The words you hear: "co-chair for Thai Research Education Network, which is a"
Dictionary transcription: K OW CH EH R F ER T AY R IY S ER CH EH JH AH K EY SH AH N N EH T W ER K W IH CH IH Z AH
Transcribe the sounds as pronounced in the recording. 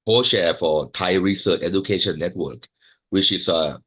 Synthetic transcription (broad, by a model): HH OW SH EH F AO T AY R IY S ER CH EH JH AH K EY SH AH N N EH T W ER K W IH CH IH S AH